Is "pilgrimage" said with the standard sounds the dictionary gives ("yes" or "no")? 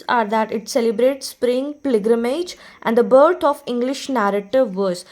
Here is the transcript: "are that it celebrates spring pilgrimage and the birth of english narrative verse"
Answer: no